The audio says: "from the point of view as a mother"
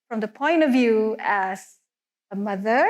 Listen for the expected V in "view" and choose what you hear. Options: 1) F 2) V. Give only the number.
2